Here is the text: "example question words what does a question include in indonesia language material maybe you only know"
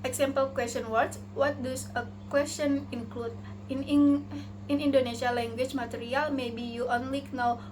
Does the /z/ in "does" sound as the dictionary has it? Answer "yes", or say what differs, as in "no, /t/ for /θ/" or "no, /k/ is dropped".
no, /s/ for /z/